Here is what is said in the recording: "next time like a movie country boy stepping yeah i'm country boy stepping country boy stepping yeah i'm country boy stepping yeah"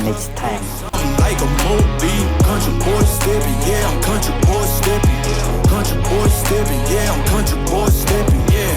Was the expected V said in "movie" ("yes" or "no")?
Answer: no